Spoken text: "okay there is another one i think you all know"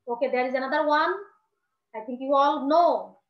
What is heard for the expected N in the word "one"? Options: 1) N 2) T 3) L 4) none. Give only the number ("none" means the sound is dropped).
1